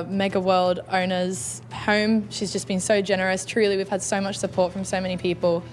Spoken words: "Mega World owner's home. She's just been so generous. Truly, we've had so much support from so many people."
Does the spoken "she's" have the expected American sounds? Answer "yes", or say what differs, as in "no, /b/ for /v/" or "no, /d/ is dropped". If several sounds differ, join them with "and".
yes